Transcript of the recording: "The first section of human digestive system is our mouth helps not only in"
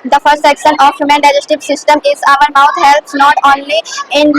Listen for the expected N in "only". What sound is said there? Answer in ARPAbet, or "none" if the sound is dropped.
N